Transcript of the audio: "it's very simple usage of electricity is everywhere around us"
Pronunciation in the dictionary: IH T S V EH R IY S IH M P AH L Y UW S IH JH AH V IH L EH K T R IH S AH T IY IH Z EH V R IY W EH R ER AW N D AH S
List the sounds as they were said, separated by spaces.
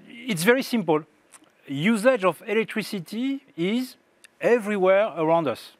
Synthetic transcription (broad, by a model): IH T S V EH R IY S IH M P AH L Y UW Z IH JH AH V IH L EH K T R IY S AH T IY IH Z EH V R IY W EH R ER AW N D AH S